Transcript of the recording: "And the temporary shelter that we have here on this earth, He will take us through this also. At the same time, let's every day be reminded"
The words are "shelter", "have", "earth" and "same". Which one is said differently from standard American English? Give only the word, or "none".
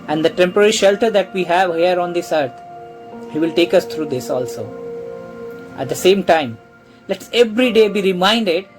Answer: earth